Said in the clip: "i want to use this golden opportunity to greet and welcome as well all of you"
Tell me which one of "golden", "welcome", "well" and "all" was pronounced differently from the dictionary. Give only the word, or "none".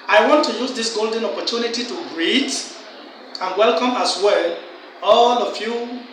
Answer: none